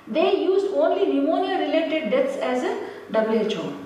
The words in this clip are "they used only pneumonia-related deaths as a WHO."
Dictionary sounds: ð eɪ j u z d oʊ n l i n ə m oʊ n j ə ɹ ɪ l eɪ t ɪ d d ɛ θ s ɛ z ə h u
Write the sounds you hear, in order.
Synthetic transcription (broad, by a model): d eɪ j u z d oʊ n l i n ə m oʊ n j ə ɹ ɪ l eɪ t ɪ d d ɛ t s ɛ z ə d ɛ